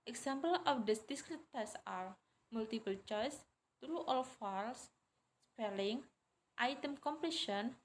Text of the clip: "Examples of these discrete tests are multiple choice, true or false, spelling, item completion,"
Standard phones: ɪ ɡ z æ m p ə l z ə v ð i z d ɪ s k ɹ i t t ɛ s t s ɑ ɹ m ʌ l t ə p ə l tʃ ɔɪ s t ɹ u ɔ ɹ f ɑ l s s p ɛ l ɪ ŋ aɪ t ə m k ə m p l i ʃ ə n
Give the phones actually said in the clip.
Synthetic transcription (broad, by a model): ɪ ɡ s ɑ m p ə l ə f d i s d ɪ s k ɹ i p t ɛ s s ɑ ɹ m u l t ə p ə l tʃ ɔɪ s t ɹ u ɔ l f ɑ l s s p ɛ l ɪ ŋ aɪ t ə m k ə m p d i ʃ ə n